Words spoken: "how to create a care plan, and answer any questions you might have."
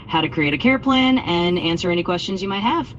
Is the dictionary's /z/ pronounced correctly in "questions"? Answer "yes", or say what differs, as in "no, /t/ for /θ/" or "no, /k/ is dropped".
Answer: yes